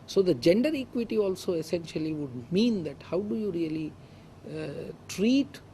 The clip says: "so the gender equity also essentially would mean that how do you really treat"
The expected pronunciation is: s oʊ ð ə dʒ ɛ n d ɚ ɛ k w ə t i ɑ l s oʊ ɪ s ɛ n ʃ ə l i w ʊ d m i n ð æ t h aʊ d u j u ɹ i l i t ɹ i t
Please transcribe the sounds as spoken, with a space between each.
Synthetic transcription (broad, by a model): s oʊ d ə dʒ ɛ n d ɚ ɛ k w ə t i ɑ l s oʊ ɪ s ɛ n ʃ ə l i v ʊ d m i n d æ t h aʊ d u j u ɹ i l i t ɹ i t